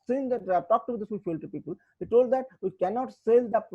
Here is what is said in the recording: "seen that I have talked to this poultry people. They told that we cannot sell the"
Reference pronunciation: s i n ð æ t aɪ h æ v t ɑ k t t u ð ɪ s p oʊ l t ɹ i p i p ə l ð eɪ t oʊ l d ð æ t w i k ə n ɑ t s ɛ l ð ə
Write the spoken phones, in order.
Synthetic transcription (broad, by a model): s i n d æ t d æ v t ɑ k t t u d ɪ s f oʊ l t i p i p ə l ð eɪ t oʊ l d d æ t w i k ə n ɑ t s ɛ l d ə